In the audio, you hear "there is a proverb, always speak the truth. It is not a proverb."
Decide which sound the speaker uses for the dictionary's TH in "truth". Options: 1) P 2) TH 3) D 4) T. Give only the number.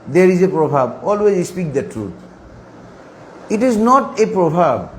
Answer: 4